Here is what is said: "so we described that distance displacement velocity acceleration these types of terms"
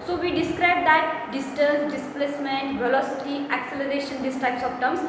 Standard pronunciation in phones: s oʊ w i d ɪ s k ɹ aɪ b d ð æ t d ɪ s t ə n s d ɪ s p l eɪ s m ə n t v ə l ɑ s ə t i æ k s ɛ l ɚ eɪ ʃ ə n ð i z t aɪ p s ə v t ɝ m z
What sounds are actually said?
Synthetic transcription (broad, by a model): s oʊ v i d ɪ s k ɹ aɪ b d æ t d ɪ s t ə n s d ɪ s p l eɪ s m ə n t v ə l ɑ s ə t i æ k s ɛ l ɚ eɪ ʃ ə n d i s t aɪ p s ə p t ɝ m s